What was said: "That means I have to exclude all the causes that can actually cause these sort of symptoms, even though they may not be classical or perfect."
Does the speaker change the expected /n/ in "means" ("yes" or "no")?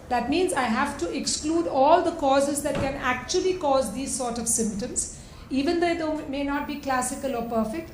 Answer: no